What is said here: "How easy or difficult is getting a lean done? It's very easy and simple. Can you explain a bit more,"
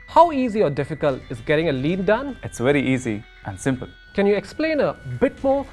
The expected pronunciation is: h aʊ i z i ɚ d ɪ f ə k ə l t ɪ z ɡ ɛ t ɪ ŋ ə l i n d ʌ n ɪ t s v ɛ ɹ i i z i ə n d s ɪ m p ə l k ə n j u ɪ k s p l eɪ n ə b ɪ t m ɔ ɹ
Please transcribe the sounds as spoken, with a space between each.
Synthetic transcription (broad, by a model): h aʊ i z i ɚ d ɪ f ə k ə l t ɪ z ɡ ɛ t ɪ ŋ ə l i n d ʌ n ɪ t s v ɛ ɹ i i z i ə n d s ɪ m p ə l k ə n j u ɪ k s p l eɪ n ə b ɪ t m ɔ